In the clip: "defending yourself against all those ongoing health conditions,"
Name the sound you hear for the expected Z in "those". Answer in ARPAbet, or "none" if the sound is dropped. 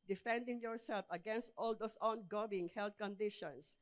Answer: S